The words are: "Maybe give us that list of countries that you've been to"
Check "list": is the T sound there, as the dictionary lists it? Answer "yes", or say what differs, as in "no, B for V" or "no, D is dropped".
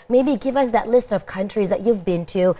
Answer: yes